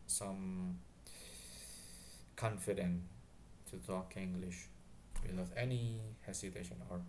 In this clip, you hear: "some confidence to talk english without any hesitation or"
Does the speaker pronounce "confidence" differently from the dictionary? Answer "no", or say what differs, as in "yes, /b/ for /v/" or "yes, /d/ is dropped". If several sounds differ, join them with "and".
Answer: yes, /s/ is dropped